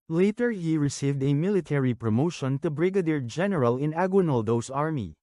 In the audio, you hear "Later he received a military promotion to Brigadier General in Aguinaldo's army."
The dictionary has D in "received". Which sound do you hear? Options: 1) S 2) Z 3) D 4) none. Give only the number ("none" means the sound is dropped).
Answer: 3